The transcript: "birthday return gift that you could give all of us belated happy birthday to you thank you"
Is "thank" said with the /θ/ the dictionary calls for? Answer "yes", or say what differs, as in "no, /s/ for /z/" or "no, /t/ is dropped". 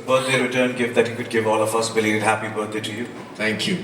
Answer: no, /t/ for /θ/